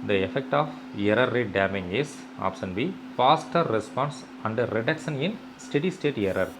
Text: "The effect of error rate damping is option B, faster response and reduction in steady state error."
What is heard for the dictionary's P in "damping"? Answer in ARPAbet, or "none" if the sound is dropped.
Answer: none